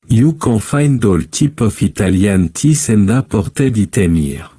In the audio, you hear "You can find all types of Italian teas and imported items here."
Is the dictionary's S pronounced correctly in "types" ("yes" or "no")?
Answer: no